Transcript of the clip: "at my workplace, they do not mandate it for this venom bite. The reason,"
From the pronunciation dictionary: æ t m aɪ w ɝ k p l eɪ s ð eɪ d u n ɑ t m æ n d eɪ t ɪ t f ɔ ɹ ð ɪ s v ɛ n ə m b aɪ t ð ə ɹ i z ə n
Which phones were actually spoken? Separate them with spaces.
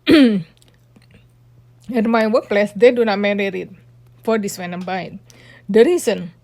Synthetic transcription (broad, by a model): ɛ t m aɪ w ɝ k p l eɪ s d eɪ d u n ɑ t m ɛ d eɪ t ɪ t f ɔ ɹ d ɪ s w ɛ n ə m b aɪ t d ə ɹ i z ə n